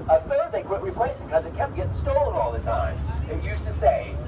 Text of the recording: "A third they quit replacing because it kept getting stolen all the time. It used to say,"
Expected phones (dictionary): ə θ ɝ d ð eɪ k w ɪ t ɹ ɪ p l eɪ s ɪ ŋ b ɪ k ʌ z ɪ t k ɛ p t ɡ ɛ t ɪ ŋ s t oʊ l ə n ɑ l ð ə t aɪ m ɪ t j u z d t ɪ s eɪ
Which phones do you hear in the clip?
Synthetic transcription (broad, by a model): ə θ ɝ d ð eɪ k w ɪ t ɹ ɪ p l eɪ ɪ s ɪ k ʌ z ɪ t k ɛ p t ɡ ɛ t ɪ s t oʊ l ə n ɑ l ð ə t aɪ m ɪ t j u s t ɪ s eɪ